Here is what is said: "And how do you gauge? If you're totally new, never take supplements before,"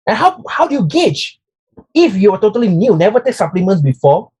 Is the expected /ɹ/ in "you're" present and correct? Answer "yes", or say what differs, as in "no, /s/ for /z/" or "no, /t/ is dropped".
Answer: no, /w/ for /ɹ/